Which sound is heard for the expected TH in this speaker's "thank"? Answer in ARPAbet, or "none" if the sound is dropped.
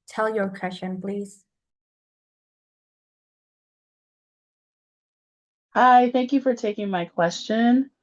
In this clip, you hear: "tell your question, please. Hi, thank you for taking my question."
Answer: TH